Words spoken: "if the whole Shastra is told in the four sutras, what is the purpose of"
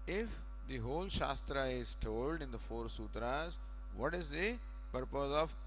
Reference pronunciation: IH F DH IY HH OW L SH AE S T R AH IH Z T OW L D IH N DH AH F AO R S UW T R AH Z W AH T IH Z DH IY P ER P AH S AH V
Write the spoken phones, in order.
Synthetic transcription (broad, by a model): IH F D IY HH OW L SH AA S T R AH IH Z T OW L D IH N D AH F AO R S UW T R AH Z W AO T IH Z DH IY P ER P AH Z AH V